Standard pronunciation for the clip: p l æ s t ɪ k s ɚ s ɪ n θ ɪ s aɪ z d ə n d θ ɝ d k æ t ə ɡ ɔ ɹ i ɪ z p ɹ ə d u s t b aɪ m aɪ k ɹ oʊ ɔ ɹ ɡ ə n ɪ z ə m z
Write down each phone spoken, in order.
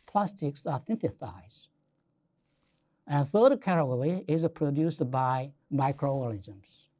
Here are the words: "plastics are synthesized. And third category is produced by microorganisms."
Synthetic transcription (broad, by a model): p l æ s t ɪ k s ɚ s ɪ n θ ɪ θ aɪ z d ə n θ ɝ d k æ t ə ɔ l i ɪ z p ɹ ə d u s t b aɪ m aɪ k ɹ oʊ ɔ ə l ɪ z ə m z